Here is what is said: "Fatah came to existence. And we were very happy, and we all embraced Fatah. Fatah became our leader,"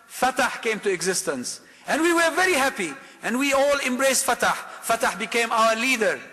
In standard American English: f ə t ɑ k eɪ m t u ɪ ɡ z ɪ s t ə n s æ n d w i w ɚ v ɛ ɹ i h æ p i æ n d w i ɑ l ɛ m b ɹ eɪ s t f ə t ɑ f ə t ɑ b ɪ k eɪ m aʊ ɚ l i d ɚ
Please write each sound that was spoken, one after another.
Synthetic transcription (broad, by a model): f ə t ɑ k eɪ m t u ɪ ɡ z ɪ s t ə n s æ n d w i w ɚ v ɛ ɹ i h æ p i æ n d w i ɑ l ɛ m b ɹ eɪ s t f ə t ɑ f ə t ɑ b ɪ k eɪ m aʊ ɚ l i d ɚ